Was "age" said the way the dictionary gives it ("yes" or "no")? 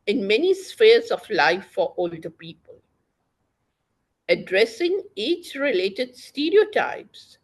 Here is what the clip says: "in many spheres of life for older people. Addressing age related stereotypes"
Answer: no